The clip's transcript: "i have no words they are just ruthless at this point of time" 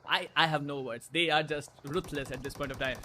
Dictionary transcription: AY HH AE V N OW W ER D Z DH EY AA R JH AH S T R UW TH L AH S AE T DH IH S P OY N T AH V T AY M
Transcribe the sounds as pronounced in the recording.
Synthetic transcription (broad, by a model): AY HH AE V N OW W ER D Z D EY AA R JH AH S T R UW T L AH S AE T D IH S P OY N T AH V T AY M